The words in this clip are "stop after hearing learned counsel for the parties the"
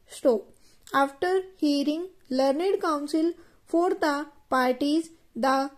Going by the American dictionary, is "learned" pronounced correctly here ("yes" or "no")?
yes